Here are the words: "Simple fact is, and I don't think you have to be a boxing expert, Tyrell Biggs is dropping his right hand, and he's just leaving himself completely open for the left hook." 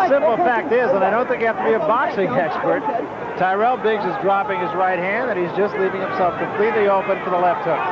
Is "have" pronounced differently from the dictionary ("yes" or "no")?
yes